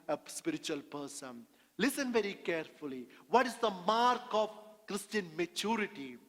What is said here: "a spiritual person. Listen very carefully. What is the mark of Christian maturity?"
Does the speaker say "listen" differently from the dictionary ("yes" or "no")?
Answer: no